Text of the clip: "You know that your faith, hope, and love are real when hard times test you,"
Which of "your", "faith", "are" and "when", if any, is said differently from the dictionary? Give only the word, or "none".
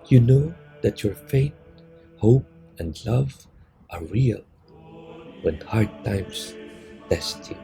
faith